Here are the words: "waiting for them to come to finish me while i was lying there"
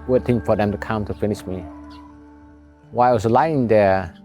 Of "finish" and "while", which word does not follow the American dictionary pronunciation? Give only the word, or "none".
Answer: while